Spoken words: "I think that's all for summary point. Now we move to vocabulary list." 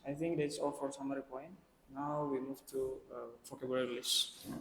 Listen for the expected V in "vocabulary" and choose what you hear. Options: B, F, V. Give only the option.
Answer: F